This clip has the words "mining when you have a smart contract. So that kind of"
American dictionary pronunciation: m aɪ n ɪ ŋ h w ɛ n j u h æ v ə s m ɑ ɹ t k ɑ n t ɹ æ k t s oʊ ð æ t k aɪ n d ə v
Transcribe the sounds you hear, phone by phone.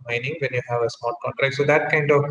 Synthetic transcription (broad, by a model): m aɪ n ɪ ŋ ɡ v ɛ n j u h æ v ə s m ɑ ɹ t k ɑ n t ɹ æ k t s oʊ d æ t k aɪ n d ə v